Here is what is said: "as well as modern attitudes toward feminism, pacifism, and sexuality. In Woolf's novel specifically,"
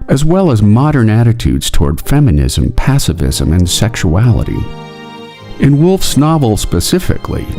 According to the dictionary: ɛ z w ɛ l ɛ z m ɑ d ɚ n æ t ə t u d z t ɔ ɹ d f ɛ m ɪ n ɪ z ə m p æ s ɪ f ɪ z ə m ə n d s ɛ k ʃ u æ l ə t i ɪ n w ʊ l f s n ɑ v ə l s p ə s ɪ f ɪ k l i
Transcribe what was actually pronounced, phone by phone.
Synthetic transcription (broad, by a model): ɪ z w ɛ l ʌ z m ɑ d ɚ n æ t ə t u d z t ɔ ɹ d f ɛ m ɪ n ɪ z ə m p æ s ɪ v ɪ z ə m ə n s ɛ k ʃ u æ l ə t i ɪ n w ʊ l f s n ɑ v l s p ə s ɪ f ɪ k l i